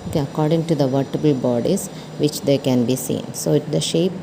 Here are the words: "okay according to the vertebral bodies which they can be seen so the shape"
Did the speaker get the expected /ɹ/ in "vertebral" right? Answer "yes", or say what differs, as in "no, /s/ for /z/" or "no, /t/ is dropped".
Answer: no, /ɹ/ is dropped